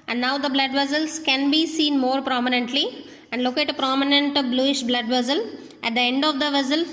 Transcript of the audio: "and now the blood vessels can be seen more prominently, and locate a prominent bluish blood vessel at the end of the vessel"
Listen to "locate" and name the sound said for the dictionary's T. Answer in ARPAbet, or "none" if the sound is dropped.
T